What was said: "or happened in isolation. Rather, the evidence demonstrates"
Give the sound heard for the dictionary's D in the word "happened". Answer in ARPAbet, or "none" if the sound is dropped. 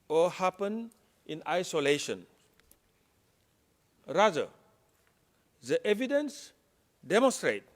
none